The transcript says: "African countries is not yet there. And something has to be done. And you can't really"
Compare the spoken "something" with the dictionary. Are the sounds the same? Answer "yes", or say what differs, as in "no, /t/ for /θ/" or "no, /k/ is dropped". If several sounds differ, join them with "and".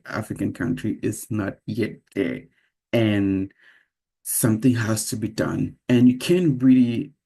yes